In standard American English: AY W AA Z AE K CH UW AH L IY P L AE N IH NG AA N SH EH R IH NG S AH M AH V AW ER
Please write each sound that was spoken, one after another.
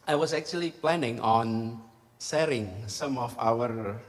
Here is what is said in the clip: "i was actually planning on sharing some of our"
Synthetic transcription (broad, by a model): AY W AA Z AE K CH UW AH L IY P L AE N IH NG AA N S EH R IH NG S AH M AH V AW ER